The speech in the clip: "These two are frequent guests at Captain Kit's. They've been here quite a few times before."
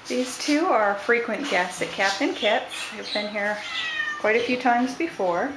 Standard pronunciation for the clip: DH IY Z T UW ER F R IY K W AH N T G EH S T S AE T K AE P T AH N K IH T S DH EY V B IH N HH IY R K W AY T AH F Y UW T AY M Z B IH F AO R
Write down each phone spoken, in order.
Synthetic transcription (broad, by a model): DH IY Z T UW ER F R IY K W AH N G EH S T S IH T K AE P T AH N K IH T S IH V B IH N HH IY R K W AY T AH F Y UW T AY M Z B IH F AO R